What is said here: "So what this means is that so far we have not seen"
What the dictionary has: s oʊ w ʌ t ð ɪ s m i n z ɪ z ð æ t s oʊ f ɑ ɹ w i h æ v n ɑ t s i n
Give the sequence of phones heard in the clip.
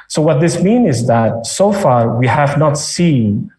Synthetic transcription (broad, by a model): s oʊ w ʌ t ð ɪ s m i n ɪ z ð æ t s oʊ f ɑ ɹ w i h æ v n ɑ t s i n